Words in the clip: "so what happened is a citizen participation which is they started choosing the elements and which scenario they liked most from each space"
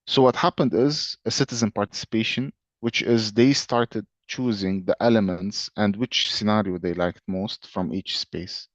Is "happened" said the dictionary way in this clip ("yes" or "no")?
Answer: yes